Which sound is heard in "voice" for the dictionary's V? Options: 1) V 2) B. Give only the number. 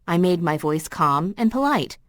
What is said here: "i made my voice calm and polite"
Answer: 1